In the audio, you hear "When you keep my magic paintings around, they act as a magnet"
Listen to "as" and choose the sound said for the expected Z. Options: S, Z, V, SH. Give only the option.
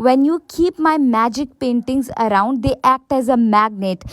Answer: Z